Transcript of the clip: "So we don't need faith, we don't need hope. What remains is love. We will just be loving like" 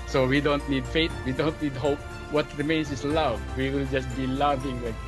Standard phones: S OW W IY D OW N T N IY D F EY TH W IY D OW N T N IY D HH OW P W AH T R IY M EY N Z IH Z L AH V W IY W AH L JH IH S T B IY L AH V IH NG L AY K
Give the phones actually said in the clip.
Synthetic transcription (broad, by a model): S OW W IY D OW N T N IY D F EY T W IY D OW N T N IY D HH OW P W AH T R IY M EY N S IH S L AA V W IY W AH L JH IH S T B IY L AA V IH NG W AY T